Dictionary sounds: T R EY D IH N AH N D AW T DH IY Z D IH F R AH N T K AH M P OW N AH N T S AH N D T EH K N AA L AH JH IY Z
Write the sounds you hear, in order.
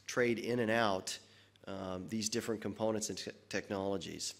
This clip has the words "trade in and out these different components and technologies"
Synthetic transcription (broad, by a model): T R EY D IH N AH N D AW T DH IY Z D IH F R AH N K AH M P OW N AH N T S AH N T EH K N AA L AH JH IY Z